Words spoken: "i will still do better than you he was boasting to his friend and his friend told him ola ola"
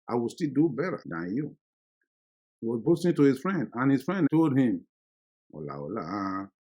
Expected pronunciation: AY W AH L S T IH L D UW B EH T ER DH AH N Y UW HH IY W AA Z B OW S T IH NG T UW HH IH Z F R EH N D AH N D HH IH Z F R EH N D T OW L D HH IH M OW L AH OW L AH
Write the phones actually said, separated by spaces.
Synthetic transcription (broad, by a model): AY W AH L S T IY L D UW B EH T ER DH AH N Y UW HH IY W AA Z B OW S T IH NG T UW HH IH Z F R EH N D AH N HH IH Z F R EH N D T OW L D HH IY M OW L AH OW L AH